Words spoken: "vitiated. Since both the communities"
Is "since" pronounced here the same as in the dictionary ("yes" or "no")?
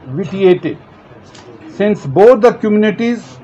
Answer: yes